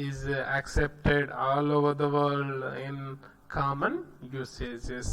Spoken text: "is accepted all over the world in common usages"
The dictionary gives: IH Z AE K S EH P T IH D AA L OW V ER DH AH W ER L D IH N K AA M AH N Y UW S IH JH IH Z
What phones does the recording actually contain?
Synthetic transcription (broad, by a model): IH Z AE K S EH P T IH D AA L OW V ER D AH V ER D IH N K AA M AH N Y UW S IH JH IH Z